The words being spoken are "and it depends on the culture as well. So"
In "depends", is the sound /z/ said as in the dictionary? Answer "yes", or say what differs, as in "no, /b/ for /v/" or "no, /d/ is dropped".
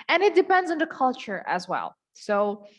yes